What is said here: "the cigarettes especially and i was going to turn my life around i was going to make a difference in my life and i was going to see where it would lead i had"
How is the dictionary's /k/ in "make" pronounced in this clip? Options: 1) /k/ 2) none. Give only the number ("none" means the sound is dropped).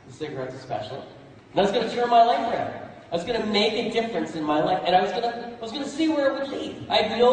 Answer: 1